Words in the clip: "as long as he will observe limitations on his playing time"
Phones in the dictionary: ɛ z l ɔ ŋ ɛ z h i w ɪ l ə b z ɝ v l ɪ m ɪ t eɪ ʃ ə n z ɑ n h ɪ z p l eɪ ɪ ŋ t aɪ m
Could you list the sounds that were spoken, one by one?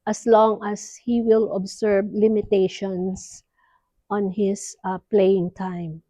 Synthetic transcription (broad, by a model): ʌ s l ɔ ŋ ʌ s h i w ɪ l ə b s ɝ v l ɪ m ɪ t eɪ ʃ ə n s ɑ n h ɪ s p l eɪ ɪ ŋ t aɪ m